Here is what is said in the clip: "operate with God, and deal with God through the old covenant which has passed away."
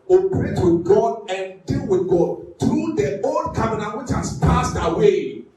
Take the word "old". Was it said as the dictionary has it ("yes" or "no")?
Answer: no